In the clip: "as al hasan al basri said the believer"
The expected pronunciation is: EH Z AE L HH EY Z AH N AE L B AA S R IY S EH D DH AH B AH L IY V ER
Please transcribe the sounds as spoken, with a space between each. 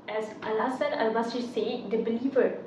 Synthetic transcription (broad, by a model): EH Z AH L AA S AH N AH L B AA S IY S EH D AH B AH L IY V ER